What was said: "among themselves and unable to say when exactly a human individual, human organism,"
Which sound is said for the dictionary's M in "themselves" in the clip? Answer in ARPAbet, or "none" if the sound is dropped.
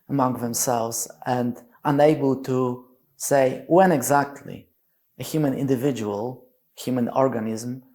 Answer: M